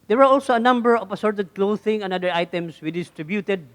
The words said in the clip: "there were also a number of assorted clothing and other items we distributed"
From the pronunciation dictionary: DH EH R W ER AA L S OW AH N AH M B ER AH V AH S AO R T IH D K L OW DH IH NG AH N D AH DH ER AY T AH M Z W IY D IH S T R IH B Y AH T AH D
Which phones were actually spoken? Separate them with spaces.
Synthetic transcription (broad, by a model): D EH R W ER AA L S OW AH N AH M B ER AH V AH S AO R T IH D K L OW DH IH NG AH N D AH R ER AY T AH M S W IY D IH S T R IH B Y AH T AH D